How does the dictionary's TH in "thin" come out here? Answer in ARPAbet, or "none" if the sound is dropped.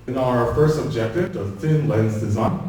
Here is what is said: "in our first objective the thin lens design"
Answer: TH